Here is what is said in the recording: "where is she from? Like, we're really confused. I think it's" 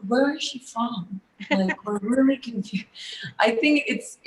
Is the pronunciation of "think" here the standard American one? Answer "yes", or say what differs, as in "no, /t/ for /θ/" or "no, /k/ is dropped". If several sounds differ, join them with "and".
yes